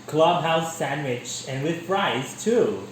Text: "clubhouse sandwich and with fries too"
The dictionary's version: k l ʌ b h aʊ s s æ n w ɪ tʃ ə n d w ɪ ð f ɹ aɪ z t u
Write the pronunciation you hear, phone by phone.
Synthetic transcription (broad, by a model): k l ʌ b h aʊ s s æ n w ɪ tʃ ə n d w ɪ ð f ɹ aɪ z t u